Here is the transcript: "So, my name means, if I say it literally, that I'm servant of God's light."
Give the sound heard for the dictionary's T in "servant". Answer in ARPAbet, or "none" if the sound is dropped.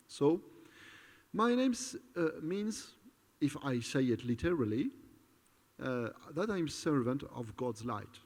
T